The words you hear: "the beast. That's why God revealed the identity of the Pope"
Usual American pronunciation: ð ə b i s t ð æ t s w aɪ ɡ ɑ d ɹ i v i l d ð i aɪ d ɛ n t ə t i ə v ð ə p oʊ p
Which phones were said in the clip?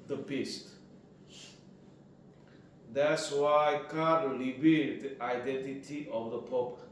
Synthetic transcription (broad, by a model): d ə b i s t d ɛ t s w aɪ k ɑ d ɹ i b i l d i aɪ d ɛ n t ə t i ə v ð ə p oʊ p